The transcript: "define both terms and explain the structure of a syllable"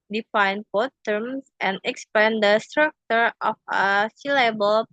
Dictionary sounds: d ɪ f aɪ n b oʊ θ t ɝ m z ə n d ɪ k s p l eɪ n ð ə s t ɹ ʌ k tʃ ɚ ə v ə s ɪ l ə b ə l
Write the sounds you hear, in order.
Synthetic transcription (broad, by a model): d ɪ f aɪ n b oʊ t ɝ m s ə n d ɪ k s p eɪ n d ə s t ɹ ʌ k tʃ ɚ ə f ə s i l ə b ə l